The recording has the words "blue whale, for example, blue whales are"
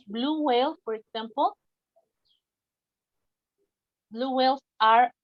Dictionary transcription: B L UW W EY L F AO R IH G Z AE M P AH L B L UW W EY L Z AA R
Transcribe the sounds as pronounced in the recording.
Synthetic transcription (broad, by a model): B L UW W EY L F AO R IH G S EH M P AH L B L UW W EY L S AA R